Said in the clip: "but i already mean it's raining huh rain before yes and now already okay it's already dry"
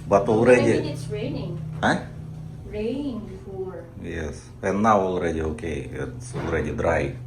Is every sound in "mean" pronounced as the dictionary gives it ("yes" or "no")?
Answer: no